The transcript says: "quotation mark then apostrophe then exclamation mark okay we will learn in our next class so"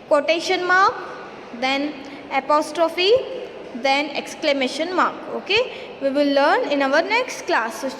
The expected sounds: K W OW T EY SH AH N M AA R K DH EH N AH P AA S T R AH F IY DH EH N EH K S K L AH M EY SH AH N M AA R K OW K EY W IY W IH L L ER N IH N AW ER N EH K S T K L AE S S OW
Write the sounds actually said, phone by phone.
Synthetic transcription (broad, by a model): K OW T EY SH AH N M AA R K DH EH N AH P AA S T R AH F IY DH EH N EH K S K L AH M EY SH AH N M AA R K OW K EY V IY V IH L L ER N IH N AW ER N EH K S T K L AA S S